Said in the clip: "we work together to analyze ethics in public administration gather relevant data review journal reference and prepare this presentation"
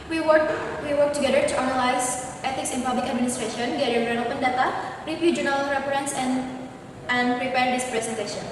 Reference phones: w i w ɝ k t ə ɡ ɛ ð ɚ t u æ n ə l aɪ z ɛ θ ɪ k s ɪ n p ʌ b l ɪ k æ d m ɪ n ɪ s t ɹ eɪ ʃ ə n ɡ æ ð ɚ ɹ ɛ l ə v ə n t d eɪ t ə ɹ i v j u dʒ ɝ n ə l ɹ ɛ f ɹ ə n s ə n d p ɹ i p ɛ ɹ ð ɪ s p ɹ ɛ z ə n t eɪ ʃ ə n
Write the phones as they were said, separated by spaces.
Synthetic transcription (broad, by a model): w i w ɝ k t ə ɡ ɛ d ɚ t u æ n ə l aɪ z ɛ t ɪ k s ɪ n p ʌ b l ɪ k æ d m ɪ n ɪ s t ɹ eɪ ʃ ə n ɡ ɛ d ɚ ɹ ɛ n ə p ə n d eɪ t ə ɹ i p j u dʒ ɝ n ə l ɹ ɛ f ɹ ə n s ə n d p ɹ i p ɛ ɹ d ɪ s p ɹ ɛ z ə n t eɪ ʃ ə n